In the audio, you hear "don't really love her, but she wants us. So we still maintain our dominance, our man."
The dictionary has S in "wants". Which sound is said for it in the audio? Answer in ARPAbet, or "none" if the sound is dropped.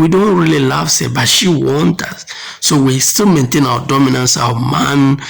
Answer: none